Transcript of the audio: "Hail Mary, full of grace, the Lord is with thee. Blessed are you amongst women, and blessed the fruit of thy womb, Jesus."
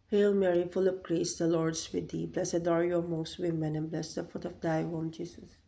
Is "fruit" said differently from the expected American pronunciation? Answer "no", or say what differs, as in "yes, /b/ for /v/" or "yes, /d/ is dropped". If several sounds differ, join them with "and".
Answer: yes, /ɹ/ is dropped